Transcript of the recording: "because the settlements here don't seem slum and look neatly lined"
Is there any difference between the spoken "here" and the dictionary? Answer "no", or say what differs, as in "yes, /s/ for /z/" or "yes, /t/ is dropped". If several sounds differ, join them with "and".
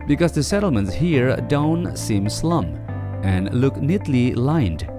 no